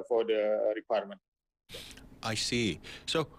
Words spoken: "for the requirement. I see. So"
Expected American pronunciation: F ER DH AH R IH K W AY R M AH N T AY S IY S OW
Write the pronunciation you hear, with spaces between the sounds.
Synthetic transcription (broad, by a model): F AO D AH R IH K W AY R M AH N T AY S IY S OW